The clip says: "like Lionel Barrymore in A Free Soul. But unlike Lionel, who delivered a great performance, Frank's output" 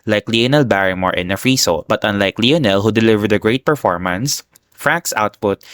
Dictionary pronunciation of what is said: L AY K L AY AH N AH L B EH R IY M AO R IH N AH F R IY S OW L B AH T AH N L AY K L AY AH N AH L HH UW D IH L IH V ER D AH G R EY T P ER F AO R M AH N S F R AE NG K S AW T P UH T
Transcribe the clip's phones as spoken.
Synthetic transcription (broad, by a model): L AY K L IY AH N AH L B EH R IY M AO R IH N AH F R IY S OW B AH T AH N L AY K L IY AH N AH L HH UW D IH L IH V ER D AH G R EY T P ER F AO R M AH N S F R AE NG K S AW T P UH T